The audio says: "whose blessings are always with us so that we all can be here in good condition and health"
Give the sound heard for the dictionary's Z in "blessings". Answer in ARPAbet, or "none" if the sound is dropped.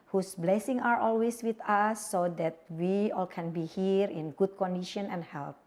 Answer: none